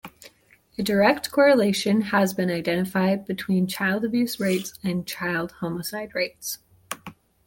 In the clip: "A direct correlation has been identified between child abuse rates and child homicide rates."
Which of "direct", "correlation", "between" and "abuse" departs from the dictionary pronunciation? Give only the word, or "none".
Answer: none